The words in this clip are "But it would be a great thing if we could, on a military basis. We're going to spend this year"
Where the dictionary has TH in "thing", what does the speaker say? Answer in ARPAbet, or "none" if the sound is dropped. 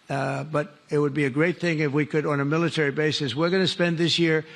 TH